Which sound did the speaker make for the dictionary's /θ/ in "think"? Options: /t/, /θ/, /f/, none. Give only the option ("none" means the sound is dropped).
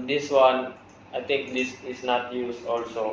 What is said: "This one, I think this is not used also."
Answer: /t/